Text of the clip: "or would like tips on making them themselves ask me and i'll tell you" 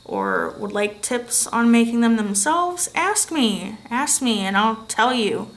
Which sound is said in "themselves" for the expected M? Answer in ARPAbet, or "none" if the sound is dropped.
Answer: M